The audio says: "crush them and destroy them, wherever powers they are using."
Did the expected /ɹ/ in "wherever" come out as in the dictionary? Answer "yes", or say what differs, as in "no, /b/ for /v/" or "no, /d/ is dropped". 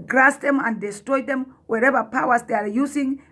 yes